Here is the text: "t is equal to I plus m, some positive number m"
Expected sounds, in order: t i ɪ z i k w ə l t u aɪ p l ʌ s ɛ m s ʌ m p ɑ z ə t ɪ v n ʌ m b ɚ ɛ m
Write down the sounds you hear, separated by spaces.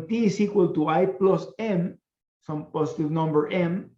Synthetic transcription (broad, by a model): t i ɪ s i k w ə l t u aɪ p l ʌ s ɛ m s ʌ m p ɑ s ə t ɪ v n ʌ m b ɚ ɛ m